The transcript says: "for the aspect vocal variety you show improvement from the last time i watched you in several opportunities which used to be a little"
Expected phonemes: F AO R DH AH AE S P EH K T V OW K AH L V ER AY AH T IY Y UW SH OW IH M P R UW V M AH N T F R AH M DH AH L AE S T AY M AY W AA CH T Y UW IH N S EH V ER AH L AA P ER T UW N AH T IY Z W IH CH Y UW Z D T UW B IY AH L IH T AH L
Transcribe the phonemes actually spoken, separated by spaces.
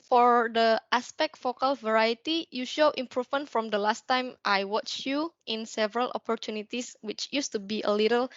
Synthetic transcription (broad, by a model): F AO R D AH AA S P EH K T F OW K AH L V ER AY AH T IY Y UW SH OW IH M P R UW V M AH N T F R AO M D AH L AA S T AY M AY W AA CH Y UW IH N S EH V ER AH L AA P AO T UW N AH T IY S W IH CH Y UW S T UW B IY AH L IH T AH L